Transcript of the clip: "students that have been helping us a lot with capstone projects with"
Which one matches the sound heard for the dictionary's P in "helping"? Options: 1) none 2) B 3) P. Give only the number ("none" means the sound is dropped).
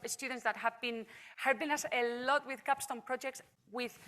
2